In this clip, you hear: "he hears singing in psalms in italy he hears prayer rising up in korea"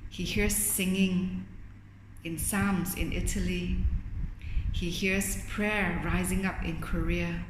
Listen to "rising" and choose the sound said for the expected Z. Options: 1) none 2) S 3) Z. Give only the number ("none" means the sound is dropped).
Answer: 3